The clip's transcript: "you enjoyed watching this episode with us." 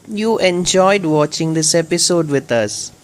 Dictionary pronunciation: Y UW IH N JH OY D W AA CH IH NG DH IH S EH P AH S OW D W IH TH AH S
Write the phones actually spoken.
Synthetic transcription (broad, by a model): Y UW IH N JH OY D W AA CH IH NG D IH S EH P AH S OW D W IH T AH S